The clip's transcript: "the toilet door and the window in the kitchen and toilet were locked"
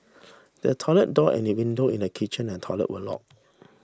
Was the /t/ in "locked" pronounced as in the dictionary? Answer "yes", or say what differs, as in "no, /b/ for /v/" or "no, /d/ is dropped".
no, /t/ is dropped